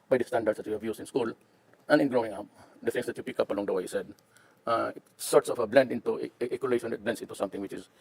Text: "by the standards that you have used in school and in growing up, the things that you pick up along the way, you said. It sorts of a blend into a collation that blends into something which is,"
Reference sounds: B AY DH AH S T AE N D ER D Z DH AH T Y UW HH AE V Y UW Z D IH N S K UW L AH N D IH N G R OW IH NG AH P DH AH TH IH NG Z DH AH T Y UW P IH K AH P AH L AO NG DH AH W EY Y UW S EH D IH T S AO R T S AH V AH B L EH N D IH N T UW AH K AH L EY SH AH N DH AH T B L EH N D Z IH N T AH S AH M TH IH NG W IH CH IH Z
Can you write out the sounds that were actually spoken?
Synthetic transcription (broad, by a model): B AY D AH S T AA N D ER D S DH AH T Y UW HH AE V Y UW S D IH N S K UW L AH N IH N G R OW IH NG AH P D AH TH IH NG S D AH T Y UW P IH K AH P AH L AO NG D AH W EY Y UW S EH D IH T S AO R T S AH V AH B L EH N D IH N T UW AH K AH L EY SH AH N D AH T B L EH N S IH N T AH S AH M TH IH NG W IH CH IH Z